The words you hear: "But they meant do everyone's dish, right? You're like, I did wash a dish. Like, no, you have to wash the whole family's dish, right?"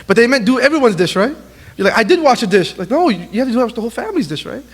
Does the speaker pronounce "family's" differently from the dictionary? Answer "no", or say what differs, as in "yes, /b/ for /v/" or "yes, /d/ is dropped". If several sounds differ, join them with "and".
no